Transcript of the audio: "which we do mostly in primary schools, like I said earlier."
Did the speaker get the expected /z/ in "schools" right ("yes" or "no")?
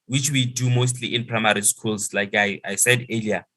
no